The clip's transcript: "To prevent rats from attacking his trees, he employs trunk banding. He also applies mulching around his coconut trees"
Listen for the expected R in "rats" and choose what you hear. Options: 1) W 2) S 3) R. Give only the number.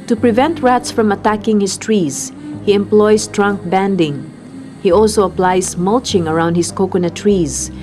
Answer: 3